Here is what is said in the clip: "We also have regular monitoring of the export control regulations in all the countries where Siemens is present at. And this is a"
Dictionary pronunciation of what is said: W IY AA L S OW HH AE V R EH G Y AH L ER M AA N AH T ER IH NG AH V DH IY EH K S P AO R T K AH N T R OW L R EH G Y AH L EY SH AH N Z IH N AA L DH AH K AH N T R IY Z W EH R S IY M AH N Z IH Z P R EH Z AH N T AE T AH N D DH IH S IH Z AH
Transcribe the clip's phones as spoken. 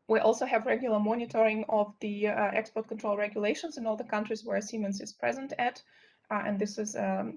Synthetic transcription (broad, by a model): W IY AA L S OW HH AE V R EH G Y AH L ER M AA N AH T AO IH NG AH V DH IY EH K S P AO R T K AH N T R OW L R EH G Y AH L EY SH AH N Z IH N AA L DH AH K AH N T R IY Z W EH R S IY M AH N S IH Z P R EH Z AH N T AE T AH N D DH IH S IH Z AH